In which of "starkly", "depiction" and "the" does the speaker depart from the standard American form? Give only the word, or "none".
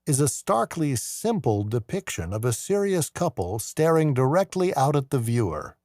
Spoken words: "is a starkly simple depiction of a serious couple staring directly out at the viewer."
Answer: none